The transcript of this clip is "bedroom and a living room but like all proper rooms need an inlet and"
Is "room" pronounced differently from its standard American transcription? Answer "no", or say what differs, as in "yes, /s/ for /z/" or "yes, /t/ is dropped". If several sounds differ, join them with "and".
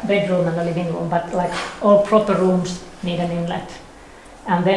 yes, /l/ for /ɹ/